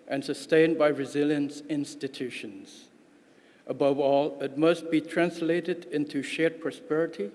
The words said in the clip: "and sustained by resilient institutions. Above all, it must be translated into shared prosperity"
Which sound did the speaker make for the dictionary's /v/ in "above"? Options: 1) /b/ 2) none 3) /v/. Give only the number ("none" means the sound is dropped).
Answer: 3